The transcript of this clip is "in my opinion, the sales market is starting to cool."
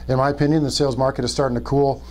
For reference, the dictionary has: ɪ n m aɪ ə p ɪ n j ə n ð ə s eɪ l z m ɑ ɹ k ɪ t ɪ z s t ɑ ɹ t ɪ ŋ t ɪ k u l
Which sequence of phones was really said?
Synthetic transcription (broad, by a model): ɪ n m aɪ ə p ɪ n j ə n ð ə s eɪ l z m ɑ ɹ k ɪ t ɪ z s t ɑ ɹ t ɪ ŋ t ɪ k u l